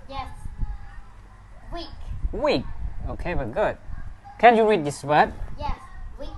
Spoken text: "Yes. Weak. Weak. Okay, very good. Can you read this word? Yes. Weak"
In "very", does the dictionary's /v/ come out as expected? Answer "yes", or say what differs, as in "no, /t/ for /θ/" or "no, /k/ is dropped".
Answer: no, /b/ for /v/